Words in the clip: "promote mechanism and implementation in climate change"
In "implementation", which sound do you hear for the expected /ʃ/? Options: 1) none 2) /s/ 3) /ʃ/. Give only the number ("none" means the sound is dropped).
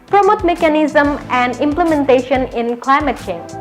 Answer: 3